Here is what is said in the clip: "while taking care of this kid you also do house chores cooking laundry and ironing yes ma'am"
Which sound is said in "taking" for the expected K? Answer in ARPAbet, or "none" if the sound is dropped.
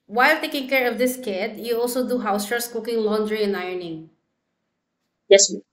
K